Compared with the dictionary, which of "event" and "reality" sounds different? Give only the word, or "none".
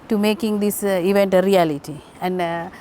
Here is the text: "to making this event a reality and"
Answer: none